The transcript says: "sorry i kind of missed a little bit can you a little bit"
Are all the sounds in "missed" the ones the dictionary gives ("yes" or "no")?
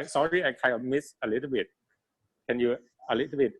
no